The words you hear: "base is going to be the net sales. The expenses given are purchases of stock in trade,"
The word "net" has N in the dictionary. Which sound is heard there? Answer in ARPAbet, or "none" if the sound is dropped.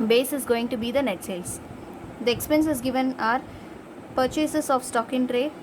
N